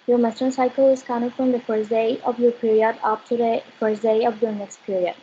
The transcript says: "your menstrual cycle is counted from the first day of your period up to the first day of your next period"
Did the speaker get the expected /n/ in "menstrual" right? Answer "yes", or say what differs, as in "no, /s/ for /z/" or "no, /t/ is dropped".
no, /n/ is dropped